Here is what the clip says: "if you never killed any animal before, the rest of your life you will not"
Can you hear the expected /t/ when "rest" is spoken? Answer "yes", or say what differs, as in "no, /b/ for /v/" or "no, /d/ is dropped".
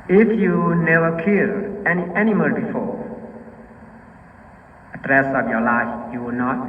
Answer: no, /t/ is dropped